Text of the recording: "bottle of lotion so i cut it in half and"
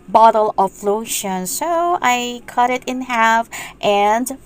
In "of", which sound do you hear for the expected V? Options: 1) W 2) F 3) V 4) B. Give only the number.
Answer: 2